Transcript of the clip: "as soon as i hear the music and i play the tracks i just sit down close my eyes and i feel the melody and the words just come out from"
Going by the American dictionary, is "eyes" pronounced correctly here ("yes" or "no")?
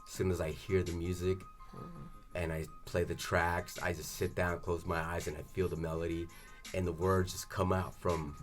yes